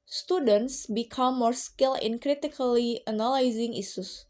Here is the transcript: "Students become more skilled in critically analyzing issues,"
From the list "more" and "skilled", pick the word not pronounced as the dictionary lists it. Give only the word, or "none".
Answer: skilled